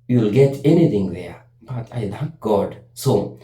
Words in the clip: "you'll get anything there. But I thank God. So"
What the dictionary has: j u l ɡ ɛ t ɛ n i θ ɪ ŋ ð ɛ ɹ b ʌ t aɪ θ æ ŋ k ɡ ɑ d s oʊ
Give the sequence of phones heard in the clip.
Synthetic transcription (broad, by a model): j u l ɡ ɛ t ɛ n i t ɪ ŋ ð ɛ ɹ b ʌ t aɪ t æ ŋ k ɡ ɑ d s oʊ